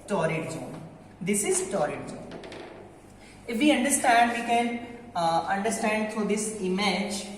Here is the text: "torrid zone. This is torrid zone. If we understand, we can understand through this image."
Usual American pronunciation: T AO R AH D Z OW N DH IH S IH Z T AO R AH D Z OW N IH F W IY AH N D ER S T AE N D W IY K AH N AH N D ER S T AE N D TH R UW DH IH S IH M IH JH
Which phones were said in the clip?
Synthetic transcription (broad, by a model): T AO R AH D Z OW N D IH S IH Z T AO R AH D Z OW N IH F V IY AH N D ER S T AE N D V IY K AH N AH N D ER S T AE N D T R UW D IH S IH M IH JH